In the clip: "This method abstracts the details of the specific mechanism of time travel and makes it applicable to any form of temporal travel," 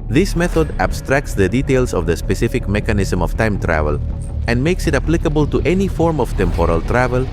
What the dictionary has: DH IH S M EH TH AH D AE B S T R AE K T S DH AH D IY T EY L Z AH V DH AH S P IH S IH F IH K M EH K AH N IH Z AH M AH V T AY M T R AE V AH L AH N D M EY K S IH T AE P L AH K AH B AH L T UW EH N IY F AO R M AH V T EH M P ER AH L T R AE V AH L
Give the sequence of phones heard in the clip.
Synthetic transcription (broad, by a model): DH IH S M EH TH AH D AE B S T R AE K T S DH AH D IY T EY L S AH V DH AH S P IH S IH F IH K M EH K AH N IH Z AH M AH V T AY M T R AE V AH L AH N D M EY K S IH T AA P L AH K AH B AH L T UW EH N IY F AO R M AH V T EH M P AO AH L T R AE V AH L